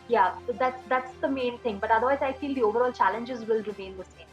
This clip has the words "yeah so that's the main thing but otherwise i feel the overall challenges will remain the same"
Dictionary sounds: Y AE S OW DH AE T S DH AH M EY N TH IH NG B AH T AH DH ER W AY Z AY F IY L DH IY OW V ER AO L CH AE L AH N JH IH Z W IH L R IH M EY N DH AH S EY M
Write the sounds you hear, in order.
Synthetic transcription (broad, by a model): Y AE S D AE T S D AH M EY N T IH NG B AH T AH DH ER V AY Z AY F IY L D IY OW V ER AO L CH AE L AH N JH IH Z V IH L R IH M EY N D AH S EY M